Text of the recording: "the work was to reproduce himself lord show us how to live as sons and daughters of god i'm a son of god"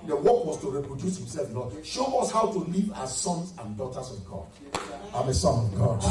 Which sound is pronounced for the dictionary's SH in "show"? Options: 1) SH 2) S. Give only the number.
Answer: 1